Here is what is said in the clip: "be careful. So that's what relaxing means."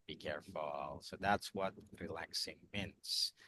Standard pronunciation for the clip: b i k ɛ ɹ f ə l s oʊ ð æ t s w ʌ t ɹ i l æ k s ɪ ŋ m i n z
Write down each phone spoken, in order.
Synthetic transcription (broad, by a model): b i k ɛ ɹ f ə l s oʊ ð æ t s w ʌ t ɹ i l æ k s ɪ ŋ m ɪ n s